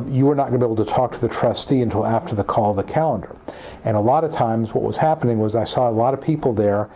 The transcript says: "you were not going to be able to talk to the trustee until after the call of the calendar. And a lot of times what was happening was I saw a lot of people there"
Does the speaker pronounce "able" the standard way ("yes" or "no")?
no